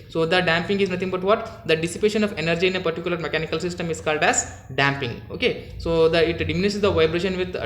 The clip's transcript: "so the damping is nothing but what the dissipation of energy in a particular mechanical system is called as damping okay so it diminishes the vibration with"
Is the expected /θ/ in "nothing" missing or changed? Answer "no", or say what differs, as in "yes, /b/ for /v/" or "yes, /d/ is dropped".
yes, /t/ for /θ/